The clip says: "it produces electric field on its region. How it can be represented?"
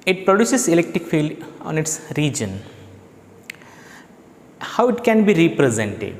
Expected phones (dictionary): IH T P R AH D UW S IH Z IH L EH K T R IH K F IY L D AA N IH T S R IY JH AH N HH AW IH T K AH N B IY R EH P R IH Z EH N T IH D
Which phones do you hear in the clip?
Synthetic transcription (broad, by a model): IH T P R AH D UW S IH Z IH L EH K T R IH K F IY L D AA N IH T S R IY JH AH N HH AW IH T K AH N B IY R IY P R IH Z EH N T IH D